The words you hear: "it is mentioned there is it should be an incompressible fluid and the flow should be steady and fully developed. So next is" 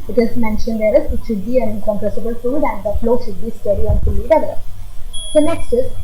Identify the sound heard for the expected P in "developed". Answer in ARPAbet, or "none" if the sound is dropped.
none